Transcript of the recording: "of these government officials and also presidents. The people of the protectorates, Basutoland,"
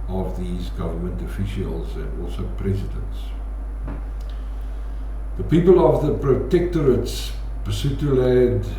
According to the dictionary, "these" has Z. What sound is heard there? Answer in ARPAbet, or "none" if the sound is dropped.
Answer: Z